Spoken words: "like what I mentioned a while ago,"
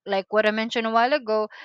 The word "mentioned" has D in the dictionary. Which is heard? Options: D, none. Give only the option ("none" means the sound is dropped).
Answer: none